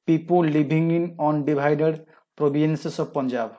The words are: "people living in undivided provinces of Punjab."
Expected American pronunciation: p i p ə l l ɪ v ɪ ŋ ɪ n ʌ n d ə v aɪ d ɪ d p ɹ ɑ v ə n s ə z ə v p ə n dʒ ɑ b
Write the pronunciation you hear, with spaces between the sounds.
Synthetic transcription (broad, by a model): p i p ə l l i b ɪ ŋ ɪ n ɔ n d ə b aɪ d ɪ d p ɹ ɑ b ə n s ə s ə b p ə n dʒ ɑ b